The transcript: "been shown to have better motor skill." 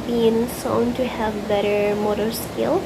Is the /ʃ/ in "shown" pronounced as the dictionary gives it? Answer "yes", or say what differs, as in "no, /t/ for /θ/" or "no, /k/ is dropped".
no, /s/ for /ʃ/